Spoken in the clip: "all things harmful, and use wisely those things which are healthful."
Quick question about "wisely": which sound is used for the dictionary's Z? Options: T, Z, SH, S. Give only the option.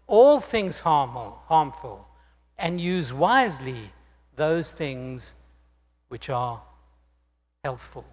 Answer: Z